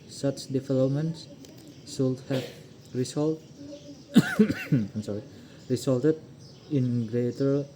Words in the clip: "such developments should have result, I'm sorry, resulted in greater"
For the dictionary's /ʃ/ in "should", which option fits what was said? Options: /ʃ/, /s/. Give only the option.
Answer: /s/